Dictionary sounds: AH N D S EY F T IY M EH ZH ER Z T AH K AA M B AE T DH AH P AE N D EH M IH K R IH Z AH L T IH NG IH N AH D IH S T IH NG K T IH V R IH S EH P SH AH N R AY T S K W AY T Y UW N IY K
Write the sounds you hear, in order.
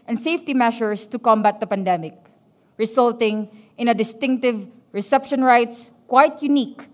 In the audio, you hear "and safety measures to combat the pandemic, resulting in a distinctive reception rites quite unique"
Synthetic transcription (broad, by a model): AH N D S EY F T IY M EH SH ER S T AH K AA M B AE T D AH P AE N D EH M IH K R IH S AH L T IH NG IH N AH D IH S T IH NG K T IH V R IH S EH P SH AH N R AY T S K W AY T Y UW N IY K